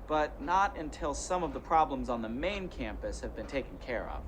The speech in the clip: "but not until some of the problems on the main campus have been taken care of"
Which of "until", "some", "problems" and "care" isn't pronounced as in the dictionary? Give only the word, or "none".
none